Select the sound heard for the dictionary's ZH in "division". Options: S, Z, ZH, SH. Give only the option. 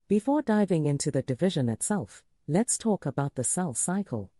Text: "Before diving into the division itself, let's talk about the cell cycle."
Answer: ZH